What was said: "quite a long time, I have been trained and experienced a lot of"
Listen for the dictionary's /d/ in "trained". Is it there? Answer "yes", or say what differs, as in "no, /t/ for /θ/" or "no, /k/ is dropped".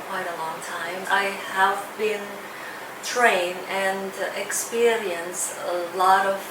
no, /d/ is dropped